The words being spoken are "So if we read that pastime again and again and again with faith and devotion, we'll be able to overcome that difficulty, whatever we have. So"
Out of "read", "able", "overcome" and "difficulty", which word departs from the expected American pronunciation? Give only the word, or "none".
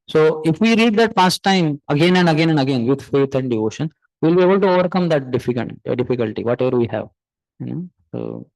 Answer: difficulty